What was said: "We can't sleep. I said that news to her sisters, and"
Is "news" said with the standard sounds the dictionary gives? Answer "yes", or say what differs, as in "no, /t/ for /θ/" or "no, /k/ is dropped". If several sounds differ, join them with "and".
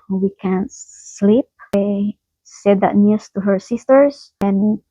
no, /s/ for /z/